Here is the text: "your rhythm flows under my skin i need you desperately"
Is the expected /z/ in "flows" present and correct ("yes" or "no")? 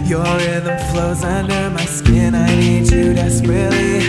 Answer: yes